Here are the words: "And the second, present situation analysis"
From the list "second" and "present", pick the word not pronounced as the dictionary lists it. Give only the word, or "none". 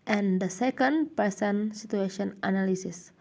present